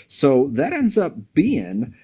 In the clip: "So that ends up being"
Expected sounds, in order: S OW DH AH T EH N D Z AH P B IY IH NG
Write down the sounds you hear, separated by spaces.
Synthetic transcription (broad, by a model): S OW DH AH T EH N D Z AH P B IY IH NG